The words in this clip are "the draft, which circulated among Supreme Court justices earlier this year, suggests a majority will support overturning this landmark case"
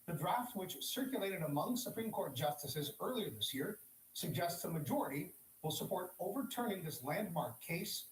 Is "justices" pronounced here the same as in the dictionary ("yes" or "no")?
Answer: yes